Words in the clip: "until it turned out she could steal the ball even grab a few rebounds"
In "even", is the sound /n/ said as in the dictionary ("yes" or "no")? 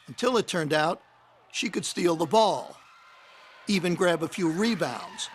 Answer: yes